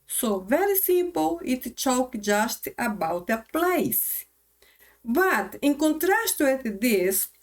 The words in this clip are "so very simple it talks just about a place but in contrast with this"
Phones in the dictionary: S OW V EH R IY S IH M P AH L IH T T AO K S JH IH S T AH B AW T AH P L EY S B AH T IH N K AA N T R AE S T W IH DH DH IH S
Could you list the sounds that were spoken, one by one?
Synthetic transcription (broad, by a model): S OW V EH R IY S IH M P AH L IH T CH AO K JH IH S T AH B AW T AH P L EY S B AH T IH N K AA N T R AE S T W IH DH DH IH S